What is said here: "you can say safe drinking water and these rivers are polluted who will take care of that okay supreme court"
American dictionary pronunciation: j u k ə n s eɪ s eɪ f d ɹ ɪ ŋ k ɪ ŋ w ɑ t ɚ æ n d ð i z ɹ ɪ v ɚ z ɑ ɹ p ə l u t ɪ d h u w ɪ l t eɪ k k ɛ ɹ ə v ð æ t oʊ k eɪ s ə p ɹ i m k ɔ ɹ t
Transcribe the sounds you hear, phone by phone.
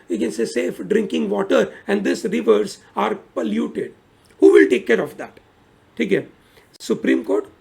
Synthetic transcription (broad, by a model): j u k ə n s eɪ s eɪ f d ɹ ɪ ŋ k ɪ ŋ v ɑ t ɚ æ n d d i s ɹ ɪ v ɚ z ɑ ɹ p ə l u t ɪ d h u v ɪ l t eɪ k k ɛ ɹ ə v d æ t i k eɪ s ə p ɹ i m k ɔ ɹ t